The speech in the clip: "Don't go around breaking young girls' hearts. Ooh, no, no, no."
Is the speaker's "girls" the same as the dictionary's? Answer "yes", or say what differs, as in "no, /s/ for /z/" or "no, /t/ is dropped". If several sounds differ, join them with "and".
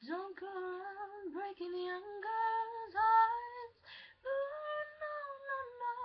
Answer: no, /l/ is dropped